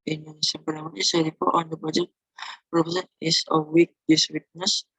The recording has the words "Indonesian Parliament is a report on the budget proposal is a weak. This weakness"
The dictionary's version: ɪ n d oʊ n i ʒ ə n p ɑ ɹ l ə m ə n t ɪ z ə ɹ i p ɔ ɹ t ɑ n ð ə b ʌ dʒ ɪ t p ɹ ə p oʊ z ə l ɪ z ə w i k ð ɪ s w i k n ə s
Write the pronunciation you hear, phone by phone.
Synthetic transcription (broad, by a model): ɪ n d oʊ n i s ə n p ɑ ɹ ə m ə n ɪ s ə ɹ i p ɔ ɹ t ɑ n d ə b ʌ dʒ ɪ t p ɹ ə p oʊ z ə n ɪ s ə w i k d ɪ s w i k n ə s